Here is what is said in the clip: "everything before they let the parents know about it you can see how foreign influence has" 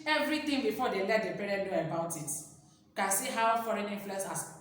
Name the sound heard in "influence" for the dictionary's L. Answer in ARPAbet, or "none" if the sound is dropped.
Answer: none